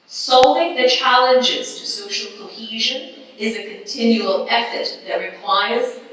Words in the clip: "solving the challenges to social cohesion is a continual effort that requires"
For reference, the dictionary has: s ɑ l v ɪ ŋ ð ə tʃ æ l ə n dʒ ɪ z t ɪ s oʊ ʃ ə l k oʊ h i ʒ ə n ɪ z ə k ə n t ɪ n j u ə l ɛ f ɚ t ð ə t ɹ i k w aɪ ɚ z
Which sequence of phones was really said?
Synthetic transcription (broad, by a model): s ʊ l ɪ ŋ ð ə tʃ æ l ə n dʒ ɪ z t ɪ s oʊ ʃ l k oʊ h i ʒ ə n ɪ z ə k ə n t ɪ n j u ə l ɛ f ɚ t ð ə t ɹ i k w aɪ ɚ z